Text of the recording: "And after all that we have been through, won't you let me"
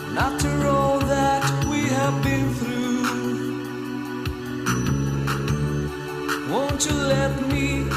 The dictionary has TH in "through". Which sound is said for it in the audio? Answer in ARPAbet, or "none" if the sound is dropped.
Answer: TH